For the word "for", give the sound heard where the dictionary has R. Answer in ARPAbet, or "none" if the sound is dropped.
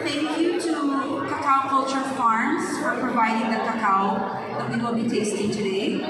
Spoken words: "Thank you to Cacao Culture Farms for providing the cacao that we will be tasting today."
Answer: R